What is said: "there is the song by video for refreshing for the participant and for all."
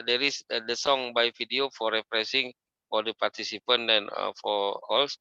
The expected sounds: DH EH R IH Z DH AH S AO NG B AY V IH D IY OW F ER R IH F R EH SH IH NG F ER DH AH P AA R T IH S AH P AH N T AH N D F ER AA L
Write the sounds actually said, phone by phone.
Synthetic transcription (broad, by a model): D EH R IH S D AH S AO NG B AY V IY D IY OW F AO R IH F R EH S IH NG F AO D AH P AA R T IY S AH P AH N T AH N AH F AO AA L